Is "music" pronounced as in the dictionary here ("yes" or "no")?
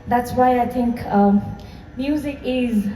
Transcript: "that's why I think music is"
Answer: yes